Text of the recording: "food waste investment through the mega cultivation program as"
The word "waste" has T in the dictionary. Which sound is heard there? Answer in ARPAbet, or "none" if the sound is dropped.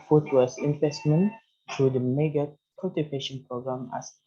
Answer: none